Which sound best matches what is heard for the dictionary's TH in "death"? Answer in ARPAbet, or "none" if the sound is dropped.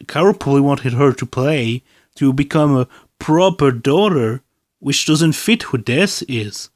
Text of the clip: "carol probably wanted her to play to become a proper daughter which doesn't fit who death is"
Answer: S